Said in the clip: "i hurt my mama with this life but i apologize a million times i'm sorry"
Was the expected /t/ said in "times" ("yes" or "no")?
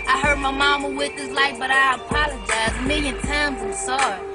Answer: yes